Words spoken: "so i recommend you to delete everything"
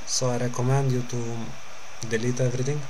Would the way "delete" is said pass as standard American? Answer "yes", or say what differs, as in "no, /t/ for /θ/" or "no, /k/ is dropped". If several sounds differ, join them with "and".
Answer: yes